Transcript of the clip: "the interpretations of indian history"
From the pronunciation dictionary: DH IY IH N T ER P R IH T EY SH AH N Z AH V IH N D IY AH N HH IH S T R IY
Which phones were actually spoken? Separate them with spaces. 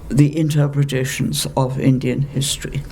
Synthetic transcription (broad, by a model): DH IY IH N T ER P R IH T EY SH AH N Z AH V IH N D IY AH N HH IH S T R IY